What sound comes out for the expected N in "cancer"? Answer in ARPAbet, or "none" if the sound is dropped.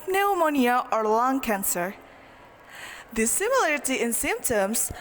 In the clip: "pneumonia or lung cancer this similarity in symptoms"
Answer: N